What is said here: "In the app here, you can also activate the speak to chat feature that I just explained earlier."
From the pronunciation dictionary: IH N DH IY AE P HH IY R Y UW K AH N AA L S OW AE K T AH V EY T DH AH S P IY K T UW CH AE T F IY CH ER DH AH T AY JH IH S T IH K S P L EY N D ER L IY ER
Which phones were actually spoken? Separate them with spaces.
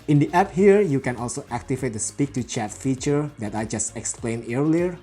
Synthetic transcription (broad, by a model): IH N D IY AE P HH IY R Y UW K AH N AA L S OW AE K T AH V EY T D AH S P IY K T UW CH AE T F IY CH ER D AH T AY JH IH S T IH K S P L EY N ER L IY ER